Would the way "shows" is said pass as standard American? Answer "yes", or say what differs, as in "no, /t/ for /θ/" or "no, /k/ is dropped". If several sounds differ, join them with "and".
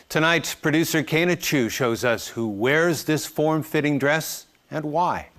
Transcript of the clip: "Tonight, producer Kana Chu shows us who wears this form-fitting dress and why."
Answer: yes